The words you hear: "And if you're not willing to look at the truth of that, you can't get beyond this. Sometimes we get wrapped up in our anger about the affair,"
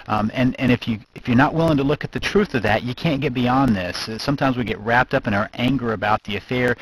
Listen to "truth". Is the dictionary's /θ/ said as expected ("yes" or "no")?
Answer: yes